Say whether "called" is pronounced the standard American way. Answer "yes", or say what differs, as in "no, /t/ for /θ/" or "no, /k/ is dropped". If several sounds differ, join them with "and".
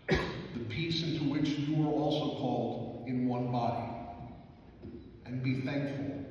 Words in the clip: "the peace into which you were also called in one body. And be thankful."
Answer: yes